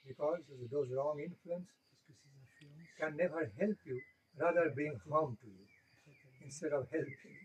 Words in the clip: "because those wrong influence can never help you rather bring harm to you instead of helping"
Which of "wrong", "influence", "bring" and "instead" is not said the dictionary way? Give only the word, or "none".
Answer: bring